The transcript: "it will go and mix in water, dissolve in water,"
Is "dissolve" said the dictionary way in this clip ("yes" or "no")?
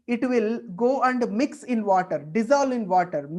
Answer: no